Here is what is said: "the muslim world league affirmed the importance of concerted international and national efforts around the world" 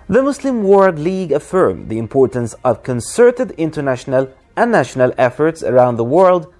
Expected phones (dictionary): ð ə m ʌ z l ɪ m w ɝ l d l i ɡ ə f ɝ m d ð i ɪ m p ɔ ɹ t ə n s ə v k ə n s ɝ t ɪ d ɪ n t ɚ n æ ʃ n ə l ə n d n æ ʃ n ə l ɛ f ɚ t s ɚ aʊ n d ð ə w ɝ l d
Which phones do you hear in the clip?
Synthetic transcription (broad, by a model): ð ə m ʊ s l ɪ m w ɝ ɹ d l i ɡ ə f ɝ m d ð i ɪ m p ɔ ɹ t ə n s ə v k ə n s ɝ t ɪ d ɪ n t ɚ n æ ʃ n ə l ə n n æ ʃ n ə l ɛ f ɚ t s ɚ aʊ n d ð ə w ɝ l d